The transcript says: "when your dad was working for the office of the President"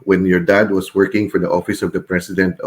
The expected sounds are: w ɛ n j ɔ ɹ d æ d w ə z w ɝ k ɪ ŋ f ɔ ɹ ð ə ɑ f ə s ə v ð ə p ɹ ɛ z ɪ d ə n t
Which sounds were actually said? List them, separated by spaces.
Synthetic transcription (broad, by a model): w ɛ n j ɔ ɹ d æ d w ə s w ɝ k ɪ ŋ f ɔ ɹ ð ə ɑ f ə s ə v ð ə p ɹ ɛ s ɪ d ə n t